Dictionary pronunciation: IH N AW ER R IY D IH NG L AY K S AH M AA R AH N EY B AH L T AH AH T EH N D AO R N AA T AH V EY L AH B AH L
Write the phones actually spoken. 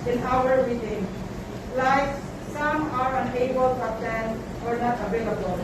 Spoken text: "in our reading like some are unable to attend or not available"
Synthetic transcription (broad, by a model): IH N AW ER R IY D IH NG L AY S S AH M AA R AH N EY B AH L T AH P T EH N AO R N AA T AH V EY L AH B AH L